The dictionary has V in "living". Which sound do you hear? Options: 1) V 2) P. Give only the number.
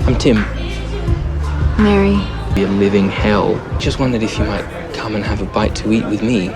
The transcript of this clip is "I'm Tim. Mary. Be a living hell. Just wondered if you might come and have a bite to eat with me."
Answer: 1